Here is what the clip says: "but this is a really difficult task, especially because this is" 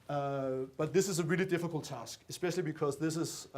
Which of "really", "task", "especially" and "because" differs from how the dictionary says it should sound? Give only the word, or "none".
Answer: none